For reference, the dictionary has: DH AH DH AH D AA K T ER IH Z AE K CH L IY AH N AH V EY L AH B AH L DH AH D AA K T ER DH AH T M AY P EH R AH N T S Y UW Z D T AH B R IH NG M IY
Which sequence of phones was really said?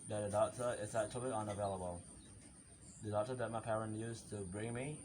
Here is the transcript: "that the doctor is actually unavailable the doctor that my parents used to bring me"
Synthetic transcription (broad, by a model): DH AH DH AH D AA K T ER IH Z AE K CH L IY AH N AH V EY L AH B AH L DH AH D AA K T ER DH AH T M AY P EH R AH N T Y UW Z T AH B R IH NG M IY